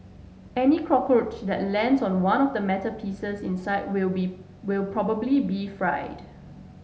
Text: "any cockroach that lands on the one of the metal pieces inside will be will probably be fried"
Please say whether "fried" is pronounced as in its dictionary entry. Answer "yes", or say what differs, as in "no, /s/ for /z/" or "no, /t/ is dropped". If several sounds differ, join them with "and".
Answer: yes